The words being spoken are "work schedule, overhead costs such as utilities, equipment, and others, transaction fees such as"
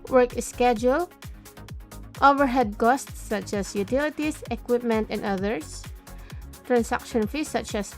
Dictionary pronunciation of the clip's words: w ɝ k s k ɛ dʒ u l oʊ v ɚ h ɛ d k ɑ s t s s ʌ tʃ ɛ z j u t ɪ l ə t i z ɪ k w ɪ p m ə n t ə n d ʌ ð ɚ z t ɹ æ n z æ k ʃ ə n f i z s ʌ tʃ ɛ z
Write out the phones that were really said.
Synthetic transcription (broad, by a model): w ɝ k s k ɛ dʒ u l oʊ v ɚ h ɛ d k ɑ s t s s ʌ tʃ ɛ s j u t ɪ l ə t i s ɪ k w ɪ p m ə n t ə n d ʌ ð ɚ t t ɹ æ n s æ k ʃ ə n f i s ʌ tʃ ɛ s